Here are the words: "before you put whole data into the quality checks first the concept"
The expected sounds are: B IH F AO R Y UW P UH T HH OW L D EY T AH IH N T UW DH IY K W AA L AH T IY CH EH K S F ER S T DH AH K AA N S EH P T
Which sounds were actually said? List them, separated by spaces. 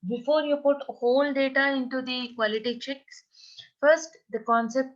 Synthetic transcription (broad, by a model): B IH F AO R Y UW P UH T HH OW L D EY T AH IH N T UW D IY K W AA L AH T IY CH EH K S F ER S T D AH K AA N S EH P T